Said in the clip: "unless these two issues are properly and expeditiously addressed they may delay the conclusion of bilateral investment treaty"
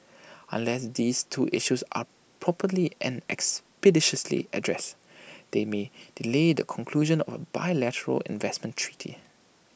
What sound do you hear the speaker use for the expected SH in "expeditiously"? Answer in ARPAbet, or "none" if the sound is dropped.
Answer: SH